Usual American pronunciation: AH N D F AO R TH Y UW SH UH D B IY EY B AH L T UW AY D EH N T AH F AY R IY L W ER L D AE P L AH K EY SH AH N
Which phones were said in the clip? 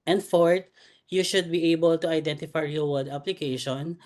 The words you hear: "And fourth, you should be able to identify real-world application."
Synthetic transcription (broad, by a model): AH N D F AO R T Y UW SH UH D B IY EY B AH L T UW AY D EH N T AH F AY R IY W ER D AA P L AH K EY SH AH N